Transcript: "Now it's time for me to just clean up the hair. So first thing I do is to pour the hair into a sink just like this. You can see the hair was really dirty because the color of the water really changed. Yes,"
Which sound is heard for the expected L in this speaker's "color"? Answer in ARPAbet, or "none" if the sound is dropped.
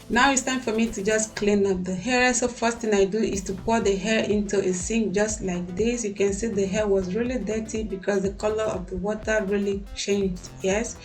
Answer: L